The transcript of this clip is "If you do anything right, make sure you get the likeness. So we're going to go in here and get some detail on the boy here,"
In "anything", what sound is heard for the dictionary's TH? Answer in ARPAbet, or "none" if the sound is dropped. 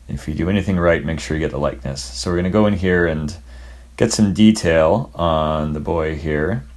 TH